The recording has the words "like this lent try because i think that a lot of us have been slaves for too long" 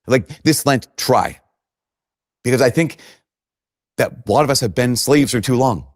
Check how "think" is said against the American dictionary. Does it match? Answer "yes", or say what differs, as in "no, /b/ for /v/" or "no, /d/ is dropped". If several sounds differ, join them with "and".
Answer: yes